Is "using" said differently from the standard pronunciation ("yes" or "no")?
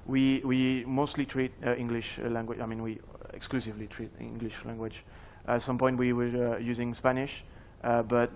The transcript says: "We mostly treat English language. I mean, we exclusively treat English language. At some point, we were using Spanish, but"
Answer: no